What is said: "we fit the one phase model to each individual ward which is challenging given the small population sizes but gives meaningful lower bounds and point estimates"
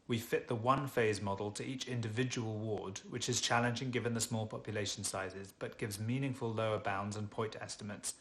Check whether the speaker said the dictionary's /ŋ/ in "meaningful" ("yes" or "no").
yes